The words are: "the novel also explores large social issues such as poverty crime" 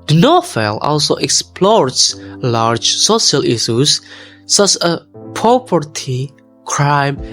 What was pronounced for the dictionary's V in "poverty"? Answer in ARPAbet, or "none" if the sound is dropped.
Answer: P